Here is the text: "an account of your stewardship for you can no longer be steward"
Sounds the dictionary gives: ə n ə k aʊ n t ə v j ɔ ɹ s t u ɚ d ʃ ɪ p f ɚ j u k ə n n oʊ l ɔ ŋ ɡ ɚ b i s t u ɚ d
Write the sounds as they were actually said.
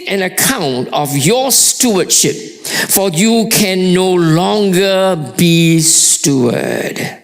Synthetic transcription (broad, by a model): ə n ə k aʊ n t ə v j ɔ s t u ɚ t ʃ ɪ p f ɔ j u k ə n n oʊ l ɔ ŋ ɡ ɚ b i s t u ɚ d